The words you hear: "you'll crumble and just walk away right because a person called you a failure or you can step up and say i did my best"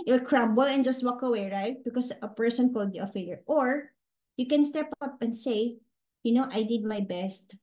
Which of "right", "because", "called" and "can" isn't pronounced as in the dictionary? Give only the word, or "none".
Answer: because